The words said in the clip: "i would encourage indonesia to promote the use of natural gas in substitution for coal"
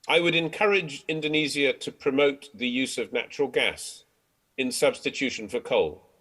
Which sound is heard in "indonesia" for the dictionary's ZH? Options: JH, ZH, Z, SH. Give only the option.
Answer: Z